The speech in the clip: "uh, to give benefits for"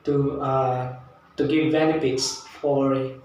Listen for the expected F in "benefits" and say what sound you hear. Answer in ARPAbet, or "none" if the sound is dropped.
P